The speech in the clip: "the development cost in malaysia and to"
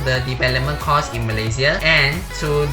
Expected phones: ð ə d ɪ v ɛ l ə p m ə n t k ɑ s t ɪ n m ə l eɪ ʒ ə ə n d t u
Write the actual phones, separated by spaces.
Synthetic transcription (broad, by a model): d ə d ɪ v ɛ l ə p m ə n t k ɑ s ɪ n m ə l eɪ s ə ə n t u